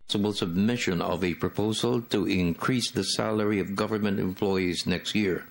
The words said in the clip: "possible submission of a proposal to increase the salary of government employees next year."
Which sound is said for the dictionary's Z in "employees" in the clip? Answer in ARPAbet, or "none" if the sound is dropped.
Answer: Z